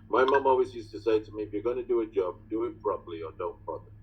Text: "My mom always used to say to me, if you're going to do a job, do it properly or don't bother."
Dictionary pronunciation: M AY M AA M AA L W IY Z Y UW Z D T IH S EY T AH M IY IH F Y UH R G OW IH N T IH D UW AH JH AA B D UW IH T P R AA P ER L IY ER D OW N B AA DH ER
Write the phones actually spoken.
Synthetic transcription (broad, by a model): M AY M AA M AA L W IY Z Y UW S T IH S EY T AH M IY IH F Y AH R G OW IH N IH D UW AH JH AA B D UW IH T P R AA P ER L IY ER D OW N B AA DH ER